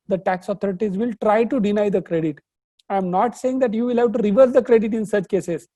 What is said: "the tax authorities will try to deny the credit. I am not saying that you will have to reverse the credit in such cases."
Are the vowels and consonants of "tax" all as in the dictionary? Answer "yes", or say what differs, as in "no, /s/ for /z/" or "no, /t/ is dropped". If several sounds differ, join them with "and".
yes